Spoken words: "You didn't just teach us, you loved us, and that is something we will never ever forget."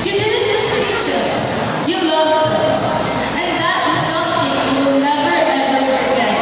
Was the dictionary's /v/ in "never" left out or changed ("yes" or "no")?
no